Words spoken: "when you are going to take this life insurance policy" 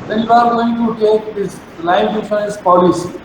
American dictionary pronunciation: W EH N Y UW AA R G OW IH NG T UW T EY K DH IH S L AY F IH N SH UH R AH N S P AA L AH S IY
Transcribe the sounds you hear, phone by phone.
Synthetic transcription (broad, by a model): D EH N Y UW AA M G OW IH NG T UW T EY K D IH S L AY IH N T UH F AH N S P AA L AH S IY